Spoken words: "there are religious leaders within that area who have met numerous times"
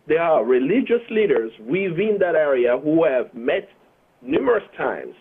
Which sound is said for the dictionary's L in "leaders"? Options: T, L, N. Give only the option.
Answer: L